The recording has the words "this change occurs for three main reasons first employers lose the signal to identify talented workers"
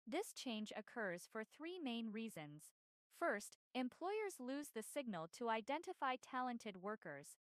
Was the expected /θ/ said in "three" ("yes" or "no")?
yes